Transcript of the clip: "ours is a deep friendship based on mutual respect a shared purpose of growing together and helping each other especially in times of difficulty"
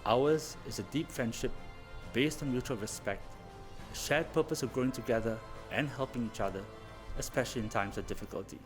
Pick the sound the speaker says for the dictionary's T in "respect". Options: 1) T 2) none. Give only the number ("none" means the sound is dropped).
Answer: 1